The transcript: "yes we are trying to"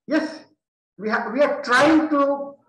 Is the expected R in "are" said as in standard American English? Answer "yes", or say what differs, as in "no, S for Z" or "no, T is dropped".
no, W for R